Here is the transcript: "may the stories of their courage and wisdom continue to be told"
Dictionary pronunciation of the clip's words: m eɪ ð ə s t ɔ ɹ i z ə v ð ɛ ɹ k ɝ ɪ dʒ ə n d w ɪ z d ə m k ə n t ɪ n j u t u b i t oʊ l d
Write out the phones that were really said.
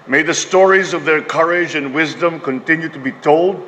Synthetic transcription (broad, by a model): m eɪ ð ə s t ɔ ɹ i z ə v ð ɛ ɹ k ɝ ɪ dʒ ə n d w ɪ z d ə m k ə n t ɪ n j u t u b i t oʊ l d